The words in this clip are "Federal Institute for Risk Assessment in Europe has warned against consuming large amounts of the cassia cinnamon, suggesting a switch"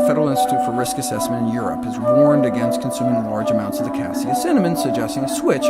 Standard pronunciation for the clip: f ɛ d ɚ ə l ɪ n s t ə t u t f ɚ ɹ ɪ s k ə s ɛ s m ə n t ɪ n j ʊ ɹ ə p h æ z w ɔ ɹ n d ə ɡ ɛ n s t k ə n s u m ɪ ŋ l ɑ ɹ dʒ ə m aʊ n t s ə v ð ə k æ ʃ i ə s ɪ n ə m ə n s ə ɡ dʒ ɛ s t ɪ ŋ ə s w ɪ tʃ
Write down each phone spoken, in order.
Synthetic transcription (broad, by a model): f ɛ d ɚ l ɪ n s t ə t u t f ɚ ɹ ɪ s k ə s ɛ s m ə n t ɪ n j ʊ ɹ ə p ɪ z w ɔ ɹ n d ə ɡ ɛ n s t k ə n s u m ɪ ŋ l ɑ ɹ dʒ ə m aʊ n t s ə v ð ə k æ s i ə s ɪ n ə m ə n s ə ɡ dʒ ɛ s t ɪ ŋ ə s w ɪ tʃ